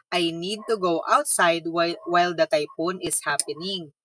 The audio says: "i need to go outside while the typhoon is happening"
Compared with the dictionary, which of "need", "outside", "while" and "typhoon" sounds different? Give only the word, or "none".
typhoon